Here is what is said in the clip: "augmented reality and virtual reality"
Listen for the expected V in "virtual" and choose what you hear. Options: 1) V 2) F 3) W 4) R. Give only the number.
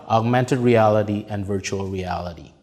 1